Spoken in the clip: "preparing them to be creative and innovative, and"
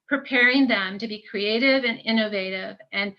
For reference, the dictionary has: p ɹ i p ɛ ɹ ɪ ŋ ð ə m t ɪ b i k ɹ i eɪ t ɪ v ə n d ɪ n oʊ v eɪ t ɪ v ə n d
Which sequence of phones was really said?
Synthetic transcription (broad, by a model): p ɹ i p ɛ ɹ ɪ ŋ ð ə m t ɪ b i k ɹ i eɪ t ɪ v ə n ɪ n oʊ v eɪ t ɪ v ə n